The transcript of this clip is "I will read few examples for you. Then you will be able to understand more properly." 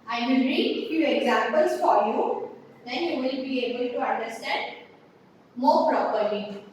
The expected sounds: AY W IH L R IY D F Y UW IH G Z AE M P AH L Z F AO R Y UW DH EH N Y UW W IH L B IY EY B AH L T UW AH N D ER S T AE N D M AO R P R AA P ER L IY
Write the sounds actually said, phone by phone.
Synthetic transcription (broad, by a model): AY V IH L R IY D F Y UW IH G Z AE M P AH L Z F AO R Y UW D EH N Y UW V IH L B IY EY B AH L T UW AH N D ER S T AE N D M AO R P R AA P ER L IY